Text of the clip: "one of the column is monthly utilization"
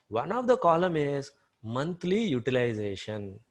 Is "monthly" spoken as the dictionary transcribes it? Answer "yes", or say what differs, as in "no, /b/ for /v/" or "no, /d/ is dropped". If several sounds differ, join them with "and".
no, /t/ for /θ/